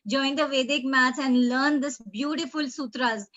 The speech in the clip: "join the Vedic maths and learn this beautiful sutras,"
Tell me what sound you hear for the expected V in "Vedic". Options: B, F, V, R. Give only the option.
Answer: V